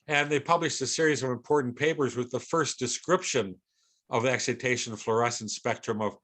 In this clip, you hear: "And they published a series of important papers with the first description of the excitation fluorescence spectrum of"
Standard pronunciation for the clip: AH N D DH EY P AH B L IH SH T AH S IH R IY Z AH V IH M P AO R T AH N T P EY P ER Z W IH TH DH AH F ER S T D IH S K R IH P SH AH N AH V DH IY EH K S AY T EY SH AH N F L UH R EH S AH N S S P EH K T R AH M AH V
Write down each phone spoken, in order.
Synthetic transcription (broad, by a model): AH N DH EY P AH B L IH SH T AH S IH R IY Z AH V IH M P AO R T N P EY P ER Z W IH DH AH F ER S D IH S K R IH P SH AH N AH V DH IY EH K S AY T EY SH AH N F L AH R EH S N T S P EH K T R AH M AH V